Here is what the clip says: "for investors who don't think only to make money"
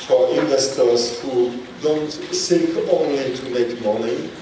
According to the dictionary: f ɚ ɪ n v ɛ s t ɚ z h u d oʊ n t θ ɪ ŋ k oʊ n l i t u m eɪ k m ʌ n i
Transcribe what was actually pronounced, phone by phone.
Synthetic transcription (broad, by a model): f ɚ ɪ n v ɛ s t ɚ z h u d oʊ n t s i k oʊ n l i t u m eɪ k m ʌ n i